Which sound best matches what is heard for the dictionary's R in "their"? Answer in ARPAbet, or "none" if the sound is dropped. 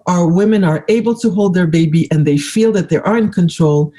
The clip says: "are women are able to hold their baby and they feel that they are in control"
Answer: R